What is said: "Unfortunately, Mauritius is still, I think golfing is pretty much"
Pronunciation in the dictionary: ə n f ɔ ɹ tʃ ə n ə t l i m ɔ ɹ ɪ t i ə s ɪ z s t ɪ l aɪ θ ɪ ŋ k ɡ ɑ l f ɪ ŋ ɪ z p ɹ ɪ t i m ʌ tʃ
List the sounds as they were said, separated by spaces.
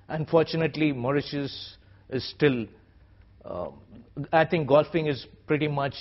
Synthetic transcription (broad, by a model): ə n f ɔ ɹ tʃ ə n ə t l i m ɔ ɹ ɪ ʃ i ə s ɪ z s t ɪ l aɪ t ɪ ŋ k ɡ ɑ l f ɪ ŋ ɪ z p ɹ ɪ t i m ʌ tʃ